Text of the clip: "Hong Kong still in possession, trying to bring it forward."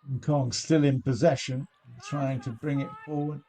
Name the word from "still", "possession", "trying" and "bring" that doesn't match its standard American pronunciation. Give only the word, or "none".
none